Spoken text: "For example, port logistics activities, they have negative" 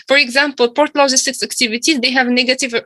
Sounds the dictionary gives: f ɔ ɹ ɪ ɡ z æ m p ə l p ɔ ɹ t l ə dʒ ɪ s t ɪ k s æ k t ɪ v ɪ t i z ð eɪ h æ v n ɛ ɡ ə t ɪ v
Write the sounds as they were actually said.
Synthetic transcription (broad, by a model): f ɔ ɹ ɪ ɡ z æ m p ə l p ɔ ɹ t l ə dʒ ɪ s t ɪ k s æ k t ɪ v ɪ t i z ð eɪ h æ v n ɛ ɡ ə t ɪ v